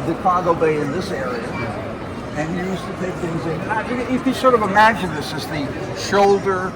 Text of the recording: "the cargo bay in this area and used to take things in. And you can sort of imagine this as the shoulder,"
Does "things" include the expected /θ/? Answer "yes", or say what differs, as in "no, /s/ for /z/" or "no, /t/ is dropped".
yes